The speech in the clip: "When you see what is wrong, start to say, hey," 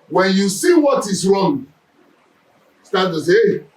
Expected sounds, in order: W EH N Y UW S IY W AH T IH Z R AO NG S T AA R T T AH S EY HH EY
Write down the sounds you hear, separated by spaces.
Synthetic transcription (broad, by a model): W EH N Y UW S IY W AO T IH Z R AO NG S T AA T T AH S EY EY